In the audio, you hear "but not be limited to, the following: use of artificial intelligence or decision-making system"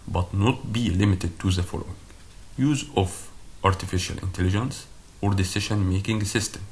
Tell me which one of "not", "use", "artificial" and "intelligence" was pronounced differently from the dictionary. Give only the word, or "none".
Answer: none